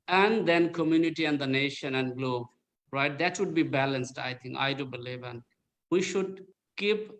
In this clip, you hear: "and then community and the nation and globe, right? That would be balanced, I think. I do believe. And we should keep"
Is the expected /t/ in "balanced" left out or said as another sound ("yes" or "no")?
no